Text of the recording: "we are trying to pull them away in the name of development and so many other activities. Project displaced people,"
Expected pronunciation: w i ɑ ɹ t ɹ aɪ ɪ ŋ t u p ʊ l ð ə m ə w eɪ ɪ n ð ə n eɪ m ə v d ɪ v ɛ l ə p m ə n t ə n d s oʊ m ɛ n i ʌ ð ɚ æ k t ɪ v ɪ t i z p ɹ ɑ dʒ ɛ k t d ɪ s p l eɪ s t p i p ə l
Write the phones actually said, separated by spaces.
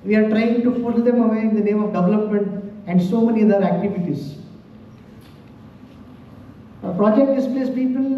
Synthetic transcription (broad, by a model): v i ɑ ɹ t ɹ aɪ ɪ ŋ t u f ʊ l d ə m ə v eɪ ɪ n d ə n eɪ m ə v d ɪ v ɛ l ə p m ə n t ə n d s oʊ m ɛ n i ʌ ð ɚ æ k t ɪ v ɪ t i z p ɹ ɑ dʒ ɛ k t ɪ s p l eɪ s p i p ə l